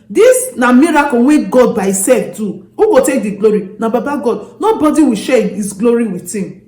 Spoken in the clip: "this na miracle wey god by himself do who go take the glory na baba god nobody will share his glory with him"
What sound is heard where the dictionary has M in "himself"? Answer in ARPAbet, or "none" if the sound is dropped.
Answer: none